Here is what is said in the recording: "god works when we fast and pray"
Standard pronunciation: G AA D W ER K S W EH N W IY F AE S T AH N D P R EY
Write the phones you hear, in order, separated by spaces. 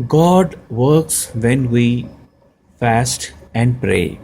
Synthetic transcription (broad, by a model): G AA D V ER K S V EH N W IY F AE S T AH N D P R EY